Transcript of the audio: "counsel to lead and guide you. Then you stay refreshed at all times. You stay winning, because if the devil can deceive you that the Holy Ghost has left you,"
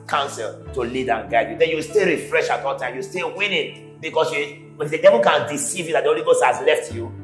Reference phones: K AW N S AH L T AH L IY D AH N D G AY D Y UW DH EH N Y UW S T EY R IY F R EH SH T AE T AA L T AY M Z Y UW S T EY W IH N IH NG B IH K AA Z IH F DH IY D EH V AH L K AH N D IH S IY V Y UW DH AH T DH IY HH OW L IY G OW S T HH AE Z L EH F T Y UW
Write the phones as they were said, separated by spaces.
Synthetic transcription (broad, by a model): K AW N S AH L T AH L IY D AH N G AY D Y UW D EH N Y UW S T EY R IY F R EH SH AA T AA L T AY M Y UW S T EY W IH N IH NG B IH K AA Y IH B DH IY D EH V AH L K AH N D IH S IY V Y UW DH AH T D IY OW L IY G OW S T HH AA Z L EH F T Y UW